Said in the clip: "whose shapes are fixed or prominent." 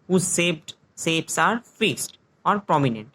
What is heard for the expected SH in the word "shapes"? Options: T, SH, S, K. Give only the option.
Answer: S